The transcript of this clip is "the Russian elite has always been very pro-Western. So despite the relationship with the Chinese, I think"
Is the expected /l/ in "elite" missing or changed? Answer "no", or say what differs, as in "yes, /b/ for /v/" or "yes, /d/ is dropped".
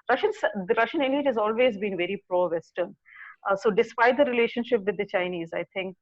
yes, /n/ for /l/